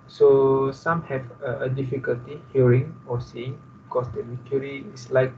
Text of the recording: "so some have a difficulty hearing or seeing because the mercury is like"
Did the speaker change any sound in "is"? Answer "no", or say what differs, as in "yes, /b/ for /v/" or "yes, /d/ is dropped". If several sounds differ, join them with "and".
yes, /s/ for /z/